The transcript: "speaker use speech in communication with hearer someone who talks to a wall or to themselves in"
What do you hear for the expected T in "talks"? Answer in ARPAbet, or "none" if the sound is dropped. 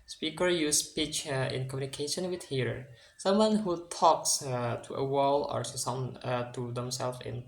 T